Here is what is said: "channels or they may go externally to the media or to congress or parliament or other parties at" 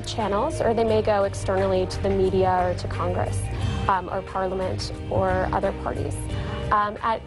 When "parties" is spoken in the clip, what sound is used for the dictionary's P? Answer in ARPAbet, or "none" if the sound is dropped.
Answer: P